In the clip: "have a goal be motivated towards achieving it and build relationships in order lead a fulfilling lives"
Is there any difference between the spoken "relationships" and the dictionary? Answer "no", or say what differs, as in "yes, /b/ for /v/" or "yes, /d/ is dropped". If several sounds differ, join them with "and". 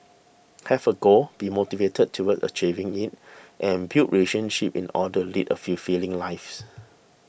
yes, /s/ is dropped